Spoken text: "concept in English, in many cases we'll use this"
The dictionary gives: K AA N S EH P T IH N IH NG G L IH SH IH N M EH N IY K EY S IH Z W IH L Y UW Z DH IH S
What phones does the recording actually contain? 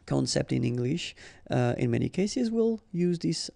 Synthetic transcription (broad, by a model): K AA N S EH P T IH N IH NG G L IH SH IH N M EH N IY K EY S IH Z W IH L Y UW Z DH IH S